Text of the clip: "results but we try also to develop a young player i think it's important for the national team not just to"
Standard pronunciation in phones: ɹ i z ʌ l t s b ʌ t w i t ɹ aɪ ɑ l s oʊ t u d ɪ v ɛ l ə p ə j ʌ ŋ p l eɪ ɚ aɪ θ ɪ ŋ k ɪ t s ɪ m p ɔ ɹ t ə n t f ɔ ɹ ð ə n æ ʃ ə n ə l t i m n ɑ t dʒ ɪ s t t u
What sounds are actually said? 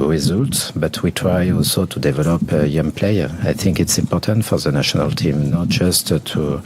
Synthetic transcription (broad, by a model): ɹ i z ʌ l t s b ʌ t w i t ɹ aɪ ɑ l s oʊ t u d ɪ v ɛ l ə p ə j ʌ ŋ p l eɪ ɚ aɪ θ ɪ ŋ k ɪ t s ɪ m p ɔ ɹ t ə n t f ɔ ɹ ð ə n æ ʃ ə n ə l t i m n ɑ t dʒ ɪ s t t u